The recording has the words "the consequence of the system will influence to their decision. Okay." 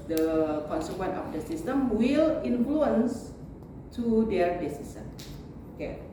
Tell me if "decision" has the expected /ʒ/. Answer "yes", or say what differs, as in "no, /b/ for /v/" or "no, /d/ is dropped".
no, /s/ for /ʒ/